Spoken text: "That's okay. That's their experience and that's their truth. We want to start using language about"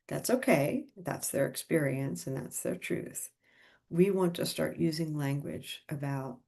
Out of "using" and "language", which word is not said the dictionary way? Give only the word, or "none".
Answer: none